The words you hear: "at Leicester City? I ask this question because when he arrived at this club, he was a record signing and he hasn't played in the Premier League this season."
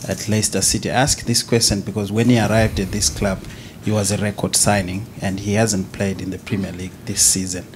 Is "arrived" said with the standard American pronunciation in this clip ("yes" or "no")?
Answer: yes